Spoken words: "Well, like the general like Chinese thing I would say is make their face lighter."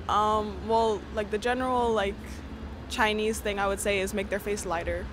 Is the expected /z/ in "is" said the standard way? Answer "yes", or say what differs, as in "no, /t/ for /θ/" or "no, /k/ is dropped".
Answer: yes